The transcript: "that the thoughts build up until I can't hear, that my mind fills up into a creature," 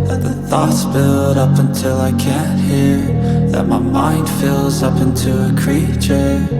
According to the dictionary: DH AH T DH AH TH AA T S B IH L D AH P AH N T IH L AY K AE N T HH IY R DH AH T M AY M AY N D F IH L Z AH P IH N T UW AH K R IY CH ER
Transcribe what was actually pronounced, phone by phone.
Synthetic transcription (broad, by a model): DH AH T DH AH TH AA T S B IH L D AH P AH N T IH L AY K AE N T HH IY R DH AH T M AY M AY N D F IH L Z AH P IH N T UW AH K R IY CH ER